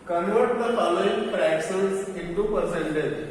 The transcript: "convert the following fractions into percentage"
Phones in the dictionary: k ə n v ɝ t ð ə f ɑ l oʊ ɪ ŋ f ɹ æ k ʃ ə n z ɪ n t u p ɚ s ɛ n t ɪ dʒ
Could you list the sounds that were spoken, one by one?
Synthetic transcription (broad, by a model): k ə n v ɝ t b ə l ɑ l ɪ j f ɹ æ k s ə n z ɪ n t u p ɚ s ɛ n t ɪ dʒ